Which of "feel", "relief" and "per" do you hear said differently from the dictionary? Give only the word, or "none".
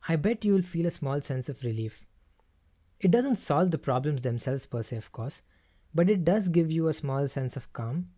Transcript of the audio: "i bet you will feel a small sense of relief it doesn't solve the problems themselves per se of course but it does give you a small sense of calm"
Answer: none